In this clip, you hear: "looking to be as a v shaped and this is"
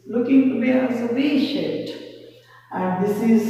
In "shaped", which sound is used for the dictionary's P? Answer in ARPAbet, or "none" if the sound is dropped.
none